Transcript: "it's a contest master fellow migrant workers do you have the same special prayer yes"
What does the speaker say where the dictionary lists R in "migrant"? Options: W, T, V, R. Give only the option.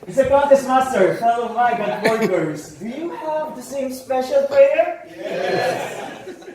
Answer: W